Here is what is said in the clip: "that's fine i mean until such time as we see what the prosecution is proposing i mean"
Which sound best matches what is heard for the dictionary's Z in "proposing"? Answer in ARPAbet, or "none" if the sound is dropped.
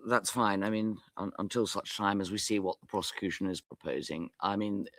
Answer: Z